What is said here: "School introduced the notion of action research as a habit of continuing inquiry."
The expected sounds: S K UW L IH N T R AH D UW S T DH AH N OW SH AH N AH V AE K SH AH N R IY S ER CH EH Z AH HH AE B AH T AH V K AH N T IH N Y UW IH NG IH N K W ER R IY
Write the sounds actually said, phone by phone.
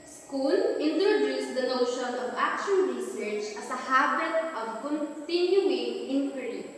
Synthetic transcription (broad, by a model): S K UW L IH N T R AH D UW S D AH N OW SH AH N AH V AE K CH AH L R IY S ER CH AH S AH HH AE B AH T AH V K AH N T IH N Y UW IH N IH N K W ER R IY